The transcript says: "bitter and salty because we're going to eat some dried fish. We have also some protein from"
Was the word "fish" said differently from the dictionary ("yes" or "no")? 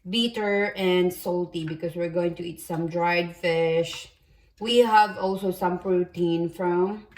no